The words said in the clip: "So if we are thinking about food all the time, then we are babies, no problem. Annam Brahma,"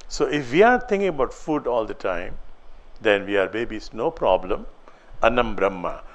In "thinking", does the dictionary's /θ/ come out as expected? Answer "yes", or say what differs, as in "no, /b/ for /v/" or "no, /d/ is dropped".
no, /t/ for /θ/